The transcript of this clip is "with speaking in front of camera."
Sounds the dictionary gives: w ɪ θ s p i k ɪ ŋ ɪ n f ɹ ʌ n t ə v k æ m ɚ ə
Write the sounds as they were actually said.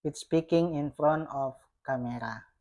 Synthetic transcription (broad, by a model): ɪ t s p i k ɪ ŋ ɪ n f ɹ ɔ n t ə f k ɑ m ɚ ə